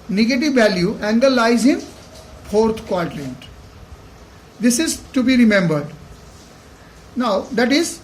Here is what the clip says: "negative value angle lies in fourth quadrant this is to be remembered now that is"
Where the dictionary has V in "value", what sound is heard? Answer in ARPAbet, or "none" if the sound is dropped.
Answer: V